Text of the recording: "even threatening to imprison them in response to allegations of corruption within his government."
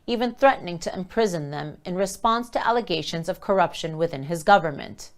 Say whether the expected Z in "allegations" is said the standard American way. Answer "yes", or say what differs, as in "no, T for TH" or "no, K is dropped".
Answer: yes